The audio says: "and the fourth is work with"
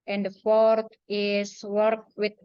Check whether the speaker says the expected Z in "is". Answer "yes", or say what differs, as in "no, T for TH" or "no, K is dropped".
no, S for Z